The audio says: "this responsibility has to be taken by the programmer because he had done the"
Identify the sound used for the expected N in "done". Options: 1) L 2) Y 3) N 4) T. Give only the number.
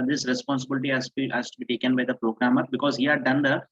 3